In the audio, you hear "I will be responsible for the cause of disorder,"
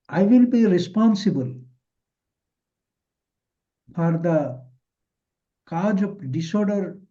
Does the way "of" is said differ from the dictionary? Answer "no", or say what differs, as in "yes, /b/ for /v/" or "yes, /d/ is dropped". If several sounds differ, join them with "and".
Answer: yes, /p/ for /v/